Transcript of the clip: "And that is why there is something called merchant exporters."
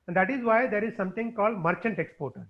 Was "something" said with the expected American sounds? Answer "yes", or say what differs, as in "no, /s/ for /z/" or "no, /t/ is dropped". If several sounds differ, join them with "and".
no, /t/ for /θ/